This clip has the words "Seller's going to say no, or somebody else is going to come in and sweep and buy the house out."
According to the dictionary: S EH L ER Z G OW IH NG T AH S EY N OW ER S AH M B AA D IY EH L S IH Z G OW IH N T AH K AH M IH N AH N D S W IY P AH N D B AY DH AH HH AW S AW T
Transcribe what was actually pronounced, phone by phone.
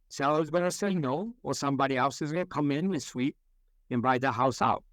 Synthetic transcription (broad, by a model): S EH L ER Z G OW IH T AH S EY N OW ER S AH M B AA D IY EH L S IH Z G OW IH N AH K AH M IH N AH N S W IY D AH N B AY DH AH HH AW S AW T